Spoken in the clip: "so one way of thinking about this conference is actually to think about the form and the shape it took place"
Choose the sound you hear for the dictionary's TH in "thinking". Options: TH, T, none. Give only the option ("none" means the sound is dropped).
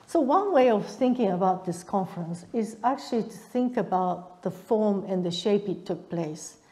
TH